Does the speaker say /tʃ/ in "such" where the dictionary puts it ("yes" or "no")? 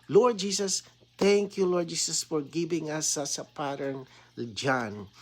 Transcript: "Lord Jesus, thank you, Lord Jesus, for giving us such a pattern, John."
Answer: no